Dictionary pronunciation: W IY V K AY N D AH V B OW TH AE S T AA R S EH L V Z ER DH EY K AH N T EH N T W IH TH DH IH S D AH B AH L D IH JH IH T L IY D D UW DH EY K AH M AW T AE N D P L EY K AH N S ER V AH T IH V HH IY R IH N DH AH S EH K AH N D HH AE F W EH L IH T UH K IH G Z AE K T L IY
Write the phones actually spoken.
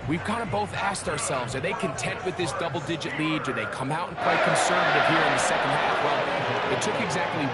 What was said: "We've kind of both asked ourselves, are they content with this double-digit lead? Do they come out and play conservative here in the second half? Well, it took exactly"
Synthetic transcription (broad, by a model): W IY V K AY N D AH B OW TH AE S T AA R S EH L V Z ER DH EY K AH N T EH N T W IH DH IH S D AH B L D IH JH IH T L IY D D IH DH EY K AH M AW T N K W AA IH K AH N S ER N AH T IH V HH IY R IH N DH AH S EH K AH N D HH AE F W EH L IH T UH K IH G Z AE K T L IY